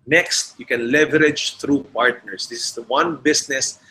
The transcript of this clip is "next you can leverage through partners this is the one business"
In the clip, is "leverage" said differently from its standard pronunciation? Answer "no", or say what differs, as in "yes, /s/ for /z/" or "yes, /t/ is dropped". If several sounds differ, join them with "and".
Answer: no